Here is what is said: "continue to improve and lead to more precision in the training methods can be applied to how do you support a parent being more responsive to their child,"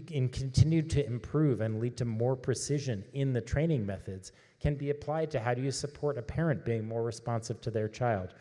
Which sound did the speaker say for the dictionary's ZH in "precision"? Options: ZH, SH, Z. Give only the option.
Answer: ZH